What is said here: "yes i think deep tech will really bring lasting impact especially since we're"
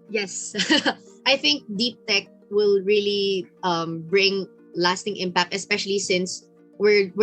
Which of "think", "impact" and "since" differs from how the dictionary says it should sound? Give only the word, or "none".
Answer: none